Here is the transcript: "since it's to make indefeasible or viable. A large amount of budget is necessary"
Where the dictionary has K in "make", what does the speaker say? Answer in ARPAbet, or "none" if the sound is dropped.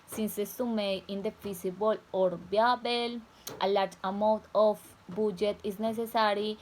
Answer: none